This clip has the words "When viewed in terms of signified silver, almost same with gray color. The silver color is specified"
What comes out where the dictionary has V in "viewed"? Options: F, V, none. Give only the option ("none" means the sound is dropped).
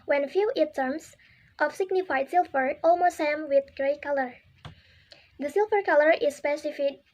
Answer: F